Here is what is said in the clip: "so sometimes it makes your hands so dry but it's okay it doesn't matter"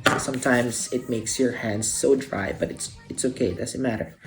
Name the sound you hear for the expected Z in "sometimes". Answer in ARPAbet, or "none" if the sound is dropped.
S